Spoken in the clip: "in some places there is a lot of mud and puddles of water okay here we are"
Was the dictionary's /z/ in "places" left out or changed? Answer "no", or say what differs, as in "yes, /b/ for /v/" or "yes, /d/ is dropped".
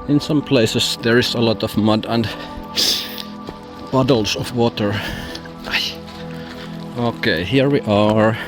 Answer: yes, /s/ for /z/